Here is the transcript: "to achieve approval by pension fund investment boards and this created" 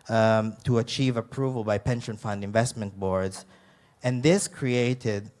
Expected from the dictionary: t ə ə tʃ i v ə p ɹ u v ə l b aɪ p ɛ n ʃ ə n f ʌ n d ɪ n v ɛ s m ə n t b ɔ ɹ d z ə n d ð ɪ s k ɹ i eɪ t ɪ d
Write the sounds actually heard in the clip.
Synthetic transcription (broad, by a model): t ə ə tʃ i v ə p ɹ u v ə l b aɪ p ɛ n ʃ ə n f ʌ n d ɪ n v ɛ s m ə n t b ɔ ɹ d z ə n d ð ɪ s k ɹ i eɪ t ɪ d